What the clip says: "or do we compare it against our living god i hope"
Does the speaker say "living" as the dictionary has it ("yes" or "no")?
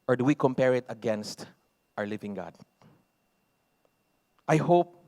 yes